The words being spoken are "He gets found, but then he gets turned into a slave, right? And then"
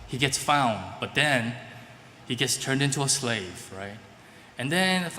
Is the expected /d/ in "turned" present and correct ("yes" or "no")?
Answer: yes